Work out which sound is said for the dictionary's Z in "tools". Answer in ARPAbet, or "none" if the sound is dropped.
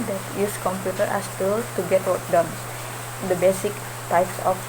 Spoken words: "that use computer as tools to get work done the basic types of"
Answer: none